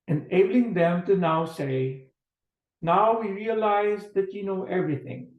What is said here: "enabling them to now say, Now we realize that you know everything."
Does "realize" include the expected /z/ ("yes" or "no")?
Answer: yes